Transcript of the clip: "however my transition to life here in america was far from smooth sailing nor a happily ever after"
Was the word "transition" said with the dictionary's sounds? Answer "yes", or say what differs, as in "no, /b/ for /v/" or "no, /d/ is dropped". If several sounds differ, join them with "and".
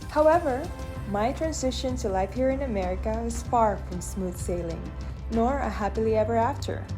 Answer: yes